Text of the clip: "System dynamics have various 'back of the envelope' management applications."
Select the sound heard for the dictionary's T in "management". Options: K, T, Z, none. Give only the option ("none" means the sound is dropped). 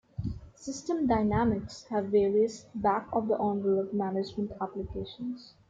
T